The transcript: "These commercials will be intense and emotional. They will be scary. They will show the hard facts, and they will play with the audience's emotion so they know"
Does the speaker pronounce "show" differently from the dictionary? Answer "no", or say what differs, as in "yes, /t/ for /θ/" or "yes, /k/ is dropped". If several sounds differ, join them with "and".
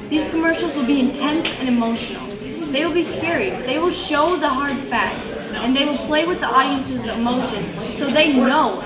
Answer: no